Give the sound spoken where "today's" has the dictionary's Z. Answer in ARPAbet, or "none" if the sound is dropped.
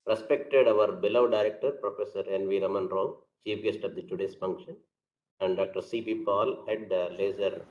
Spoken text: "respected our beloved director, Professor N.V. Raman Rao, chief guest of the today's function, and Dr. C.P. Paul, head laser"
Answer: S